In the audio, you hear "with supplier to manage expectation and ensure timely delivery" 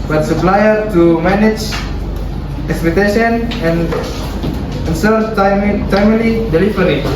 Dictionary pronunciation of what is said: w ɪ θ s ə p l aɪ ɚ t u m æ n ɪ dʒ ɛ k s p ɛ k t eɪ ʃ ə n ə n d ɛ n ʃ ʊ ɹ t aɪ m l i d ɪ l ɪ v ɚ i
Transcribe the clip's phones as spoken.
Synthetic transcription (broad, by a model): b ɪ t s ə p l aɪ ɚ t u m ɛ n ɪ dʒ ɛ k s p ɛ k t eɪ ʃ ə n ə n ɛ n s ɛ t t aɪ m l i d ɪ l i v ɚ i